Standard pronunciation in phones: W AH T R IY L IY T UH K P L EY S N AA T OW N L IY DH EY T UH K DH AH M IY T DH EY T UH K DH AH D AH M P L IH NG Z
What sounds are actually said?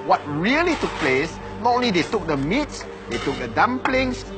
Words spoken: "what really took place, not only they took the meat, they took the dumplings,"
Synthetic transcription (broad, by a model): W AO T R IY L IY T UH K P L EY S N AA T OW N L IY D EY T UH K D AH M IY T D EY T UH K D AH D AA M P L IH NG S